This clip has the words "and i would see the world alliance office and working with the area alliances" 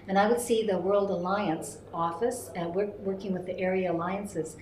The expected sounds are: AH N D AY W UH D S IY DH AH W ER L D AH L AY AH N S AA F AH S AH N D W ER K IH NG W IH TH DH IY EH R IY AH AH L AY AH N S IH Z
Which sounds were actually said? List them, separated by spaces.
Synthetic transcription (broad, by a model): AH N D AY W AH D S IY DH AH W ER L D AH L AY AH N S AA F AH S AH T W W ER K IH NG W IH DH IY EH R IY AH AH L AY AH N S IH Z